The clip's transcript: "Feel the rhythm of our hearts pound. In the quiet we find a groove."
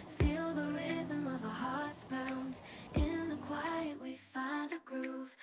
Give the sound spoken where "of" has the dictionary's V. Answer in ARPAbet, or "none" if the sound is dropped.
V